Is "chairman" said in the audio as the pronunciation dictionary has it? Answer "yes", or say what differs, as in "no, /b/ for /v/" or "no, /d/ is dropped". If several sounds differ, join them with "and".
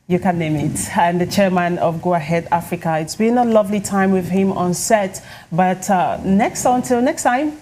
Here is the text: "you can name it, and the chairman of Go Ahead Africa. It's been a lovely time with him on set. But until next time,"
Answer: yes